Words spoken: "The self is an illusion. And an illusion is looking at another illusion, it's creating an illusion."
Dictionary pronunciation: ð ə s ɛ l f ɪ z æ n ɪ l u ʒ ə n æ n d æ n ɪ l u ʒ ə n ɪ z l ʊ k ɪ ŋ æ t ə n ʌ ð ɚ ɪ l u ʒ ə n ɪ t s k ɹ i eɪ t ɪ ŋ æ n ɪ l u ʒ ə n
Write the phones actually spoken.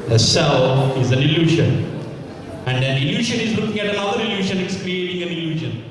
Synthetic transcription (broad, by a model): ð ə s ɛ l ɪ z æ n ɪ l u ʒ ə n æ n d æ n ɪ l u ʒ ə n ɪ z l ʊ k ɪ ŋ æ t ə n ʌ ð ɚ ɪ l u ʃ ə n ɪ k s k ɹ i eɪ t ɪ ŋ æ n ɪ l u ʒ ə n